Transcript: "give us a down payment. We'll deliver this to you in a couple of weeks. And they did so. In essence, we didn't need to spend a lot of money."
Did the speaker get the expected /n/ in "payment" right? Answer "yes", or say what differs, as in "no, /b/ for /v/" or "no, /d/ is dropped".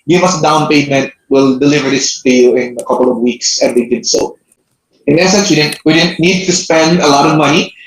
yes